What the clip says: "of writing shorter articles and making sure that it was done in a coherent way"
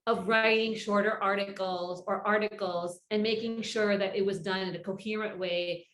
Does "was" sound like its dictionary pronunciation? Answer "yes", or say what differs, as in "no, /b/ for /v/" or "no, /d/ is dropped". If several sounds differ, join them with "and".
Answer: yes